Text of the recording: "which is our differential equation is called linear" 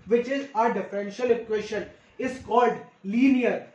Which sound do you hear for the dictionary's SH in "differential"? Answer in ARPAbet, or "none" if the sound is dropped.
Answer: SH